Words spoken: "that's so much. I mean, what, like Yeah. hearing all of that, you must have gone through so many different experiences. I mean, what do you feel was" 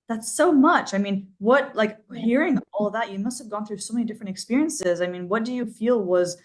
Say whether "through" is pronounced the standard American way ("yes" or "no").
yes